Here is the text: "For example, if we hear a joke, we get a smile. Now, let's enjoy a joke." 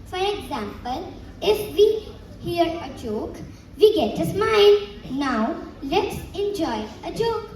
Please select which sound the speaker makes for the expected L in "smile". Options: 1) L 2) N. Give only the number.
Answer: 2